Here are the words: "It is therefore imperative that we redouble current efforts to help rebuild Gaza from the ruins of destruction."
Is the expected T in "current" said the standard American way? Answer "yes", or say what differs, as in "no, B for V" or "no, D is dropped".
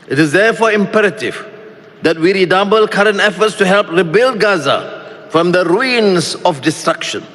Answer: yes